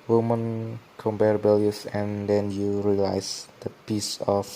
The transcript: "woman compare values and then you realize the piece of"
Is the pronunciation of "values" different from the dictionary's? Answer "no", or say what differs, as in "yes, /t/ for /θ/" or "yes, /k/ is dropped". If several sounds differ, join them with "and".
yes, /b/ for /v/ and /s/ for /z/